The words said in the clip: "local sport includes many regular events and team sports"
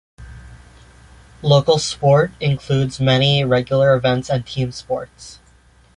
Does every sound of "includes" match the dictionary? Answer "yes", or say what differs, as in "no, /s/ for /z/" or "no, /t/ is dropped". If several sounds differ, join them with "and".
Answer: yes